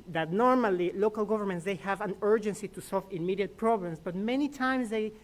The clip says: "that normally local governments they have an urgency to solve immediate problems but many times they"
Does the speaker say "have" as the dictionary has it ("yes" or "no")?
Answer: yes